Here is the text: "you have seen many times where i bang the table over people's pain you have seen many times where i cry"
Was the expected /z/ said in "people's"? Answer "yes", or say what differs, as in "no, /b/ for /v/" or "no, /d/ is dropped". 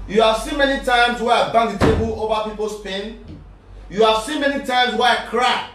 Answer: no, /s/ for /z/